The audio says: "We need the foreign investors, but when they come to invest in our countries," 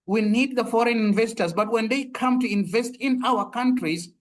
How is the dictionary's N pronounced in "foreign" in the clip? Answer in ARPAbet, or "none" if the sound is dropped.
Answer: N